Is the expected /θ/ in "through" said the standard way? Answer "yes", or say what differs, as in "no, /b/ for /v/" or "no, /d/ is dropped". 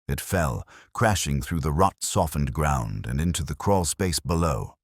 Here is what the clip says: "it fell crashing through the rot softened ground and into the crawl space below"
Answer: yes